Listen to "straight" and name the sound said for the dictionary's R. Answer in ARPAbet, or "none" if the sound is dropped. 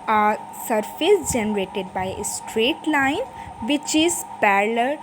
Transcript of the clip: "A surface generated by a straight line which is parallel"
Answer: R